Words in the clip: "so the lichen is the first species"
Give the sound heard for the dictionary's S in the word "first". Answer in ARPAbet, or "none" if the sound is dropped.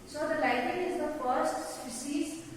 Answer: S